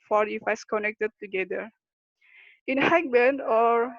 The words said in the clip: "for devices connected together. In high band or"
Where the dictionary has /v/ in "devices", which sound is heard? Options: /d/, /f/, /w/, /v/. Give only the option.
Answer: /f/